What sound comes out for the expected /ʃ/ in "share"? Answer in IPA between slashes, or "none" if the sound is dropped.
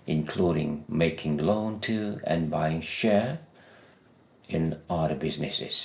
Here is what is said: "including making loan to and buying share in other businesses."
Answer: /ʃ/